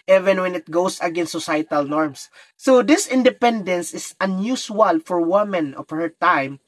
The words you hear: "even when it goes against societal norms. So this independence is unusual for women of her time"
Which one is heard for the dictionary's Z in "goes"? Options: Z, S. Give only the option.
S